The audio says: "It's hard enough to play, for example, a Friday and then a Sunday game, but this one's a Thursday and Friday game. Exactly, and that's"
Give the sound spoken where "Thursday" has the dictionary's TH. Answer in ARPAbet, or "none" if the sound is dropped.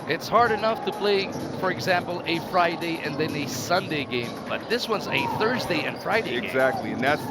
TH